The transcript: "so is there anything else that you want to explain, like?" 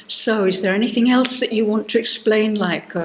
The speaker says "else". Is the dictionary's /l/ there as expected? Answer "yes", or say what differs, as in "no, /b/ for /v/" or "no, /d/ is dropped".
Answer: yes